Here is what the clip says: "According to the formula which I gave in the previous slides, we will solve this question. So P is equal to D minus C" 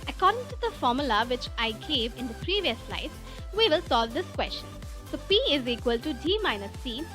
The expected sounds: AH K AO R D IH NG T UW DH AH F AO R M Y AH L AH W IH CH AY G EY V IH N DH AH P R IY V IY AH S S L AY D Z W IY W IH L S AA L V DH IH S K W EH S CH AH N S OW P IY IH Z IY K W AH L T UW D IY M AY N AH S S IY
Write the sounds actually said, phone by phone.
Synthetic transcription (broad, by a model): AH K AO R D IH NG T UW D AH F AO R M Y AH L AH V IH CH AY G EY V IH N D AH P R IY V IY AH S S L AY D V IY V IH L S AA L V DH IH S K W EH S CH AH N S OW P IY IH Z IY K W AH L T UW D IY M AY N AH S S IY